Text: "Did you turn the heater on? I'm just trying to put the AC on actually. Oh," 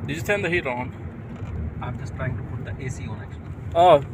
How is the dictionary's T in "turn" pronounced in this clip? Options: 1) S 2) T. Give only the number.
1